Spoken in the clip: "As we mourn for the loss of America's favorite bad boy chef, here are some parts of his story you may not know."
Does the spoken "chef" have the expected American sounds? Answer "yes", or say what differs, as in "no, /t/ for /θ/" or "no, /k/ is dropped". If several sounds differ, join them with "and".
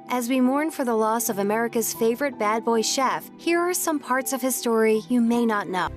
yes